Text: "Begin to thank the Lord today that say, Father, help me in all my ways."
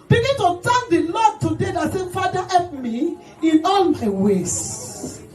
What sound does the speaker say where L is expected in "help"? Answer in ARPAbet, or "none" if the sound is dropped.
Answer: none